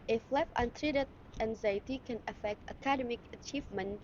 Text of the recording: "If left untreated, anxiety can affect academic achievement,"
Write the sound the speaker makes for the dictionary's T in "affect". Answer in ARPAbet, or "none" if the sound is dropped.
T